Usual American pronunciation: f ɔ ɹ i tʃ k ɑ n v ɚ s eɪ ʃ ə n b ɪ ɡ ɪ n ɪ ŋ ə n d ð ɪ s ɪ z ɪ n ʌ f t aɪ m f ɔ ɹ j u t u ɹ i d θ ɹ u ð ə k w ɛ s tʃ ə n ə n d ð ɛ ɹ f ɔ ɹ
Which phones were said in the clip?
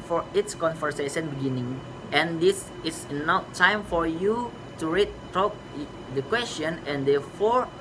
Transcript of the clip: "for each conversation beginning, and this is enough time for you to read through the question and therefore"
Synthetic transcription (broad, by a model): f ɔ ɹ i s k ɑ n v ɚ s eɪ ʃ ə n b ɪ ɡ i n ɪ ŋ ə n d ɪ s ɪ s n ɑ t aɪ m f ɔ ɹ j u t u ɹ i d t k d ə k w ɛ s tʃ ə n ə n d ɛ f ɔ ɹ